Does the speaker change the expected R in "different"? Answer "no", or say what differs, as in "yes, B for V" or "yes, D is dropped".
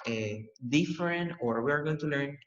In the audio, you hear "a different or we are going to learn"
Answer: no